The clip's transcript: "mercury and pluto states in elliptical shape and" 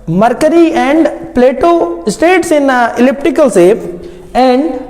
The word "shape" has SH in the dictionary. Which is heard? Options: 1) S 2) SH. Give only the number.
1